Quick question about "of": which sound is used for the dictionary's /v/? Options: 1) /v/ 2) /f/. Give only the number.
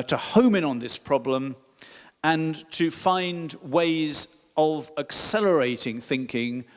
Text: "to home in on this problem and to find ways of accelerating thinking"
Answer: 1